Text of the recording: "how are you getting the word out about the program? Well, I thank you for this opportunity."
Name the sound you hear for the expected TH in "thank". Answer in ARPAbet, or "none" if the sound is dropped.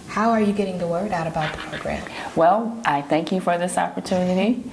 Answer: TH